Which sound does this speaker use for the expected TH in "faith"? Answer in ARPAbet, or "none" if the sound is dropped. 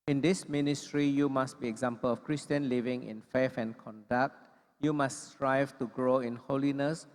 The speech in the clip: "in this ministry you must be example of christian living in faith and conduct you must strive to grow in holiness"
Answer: F